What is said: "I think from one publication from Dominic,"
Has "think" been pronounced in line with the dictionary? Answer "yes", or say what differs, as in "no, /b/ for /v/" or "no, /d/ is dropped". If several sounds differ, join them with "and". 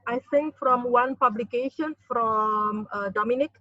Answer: no, /s/ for /θ/